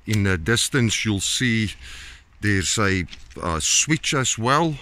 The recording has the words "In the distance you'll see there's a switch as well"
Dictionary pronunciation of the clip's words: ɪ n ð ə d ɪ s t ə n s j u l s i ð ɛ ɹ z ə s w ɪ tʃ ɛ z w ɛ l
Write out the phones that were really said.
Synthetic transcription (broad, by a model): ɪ n ð ə d ɪ s t ə n s j u l s i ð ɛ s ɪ ə s w ɪ tʃ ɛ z w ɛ l